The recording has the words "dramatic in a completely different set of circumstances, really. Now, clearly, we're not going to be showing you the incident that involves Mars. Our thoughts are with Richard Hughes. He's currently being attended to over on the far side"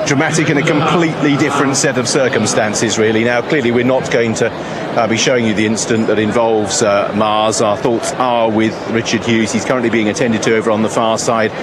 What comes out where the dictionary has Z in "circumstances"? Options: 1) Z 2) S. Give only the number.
1